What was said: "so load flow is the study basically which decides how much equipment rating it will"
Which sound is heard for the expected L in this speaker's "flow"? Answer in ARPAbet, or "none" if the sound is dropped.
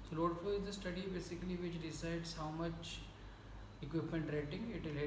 none